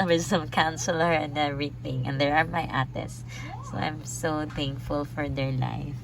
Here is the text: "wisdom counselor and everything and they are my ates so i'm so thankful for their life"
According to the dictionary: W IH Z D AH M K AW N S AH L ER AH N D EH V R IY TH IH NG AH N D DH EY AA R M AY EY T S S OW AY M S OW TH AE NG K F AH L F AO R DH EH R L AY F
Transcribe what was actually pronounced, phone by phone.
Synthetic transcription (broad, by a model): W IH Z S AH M K AW N S AH L ER AH N D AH R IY T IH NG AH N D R AA R M AY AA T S S OW AY M S OW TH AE NG K F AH L F AO R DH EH R L AY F